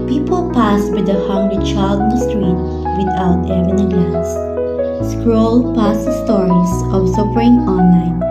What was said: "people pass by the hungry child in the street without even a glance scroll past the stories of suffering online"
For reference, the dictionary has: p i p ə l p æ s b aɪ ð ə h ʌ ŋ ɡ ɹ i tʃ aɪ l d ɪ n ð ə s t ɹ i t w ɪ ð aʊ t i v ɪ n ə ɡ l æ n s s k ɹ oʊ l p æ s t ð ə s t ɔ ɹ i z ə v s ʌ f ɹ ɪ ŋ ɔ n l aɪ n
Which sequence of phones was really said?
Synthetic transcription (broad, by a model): p i p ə l p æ s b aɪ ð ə h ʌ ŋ ɡ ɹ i tʃ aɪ l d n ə s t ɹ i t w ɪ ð aʊ t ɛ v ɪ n ə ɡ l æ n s s k ɹ oʊ l p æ s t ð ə s t ɔ ɹ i s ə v s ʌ p ɹ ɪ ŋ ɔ n l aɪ n